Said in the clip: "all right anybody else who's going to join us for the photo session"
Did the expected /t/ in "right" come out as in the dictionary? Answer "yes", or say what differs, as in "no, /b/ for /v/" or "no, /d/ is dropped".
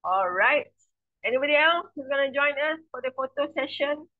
yes